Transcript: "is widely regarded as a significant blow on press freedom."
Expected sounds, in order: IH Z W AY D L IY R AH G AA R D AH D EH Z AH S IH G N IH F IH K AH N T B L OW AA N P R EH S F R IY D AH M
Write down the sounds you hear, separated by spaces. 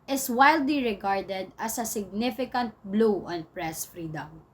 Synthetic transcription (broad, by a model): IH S W AY D L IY R AH G AA R D AH D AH S AH S IH G N IH F IH K AH N T B L OW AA N P R EH S F R IY D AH M